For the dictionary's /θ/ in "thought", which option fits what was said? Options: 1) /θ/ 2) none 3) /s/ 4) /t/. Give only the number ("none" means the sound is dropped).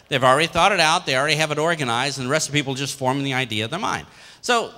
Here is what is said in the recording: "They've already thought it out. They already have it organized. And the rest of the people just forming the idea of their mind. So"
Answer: 1